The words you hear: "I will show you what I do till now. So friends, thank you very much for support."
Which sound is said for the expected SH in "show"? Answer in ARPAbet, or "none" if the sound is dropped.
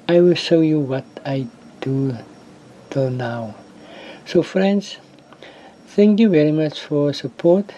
SH